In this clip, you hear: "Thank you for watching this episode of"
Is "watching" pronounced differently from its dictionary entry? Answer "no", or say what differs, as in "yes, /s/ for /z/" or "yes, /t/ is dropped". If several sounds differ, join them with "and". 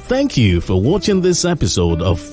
no